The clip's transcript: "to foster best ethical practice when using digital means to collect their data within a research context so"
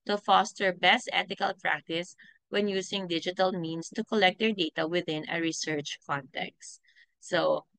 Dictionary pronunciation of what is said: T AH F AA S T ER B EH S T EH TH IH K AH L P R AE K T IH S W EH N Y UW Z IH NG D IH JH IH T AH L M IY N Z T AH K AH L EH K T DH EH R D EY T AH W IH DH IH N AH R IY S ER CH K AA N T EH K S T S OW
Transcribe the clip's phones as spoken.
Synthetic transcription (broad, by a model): T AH F AA S T ER B EH S T EH T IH K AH L P R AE K T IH S W EH N Y UW S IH NG D IH JH IH T AH L M IY N S T AH K AH L EH K T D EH R D EY T AH W IH DH IH N AH R IY S ER CH K AA N T EH K S T S OW